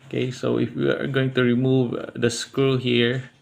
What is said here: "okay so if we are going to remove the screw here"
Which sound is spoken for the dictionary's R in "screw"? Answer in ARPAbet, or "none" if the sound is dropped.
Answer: none